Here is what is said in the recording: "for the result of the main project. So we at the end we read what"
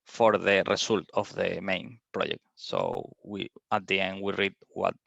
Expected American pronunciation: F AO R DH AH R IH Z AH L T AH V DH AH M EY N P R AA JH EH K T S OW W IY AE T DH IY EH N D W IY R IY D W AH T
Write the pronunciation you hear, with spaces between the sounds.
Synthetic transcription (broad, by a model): F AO R DH AH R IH S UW L T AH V DH AH M EY N P R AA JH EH K T S OW W IY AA T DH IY EH N D W IY R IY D W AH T